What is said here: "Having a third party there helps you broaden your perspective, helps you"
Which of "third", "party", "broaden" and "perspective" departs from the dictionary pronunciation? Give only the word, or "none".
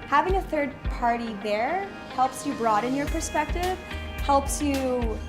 none